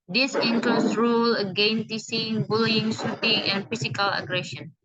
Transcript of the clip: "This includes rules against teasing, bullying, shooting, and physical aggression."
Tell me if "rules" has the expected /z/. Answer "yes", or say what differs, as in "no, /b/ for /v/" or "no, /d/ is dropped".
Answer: no, /z/ is dropped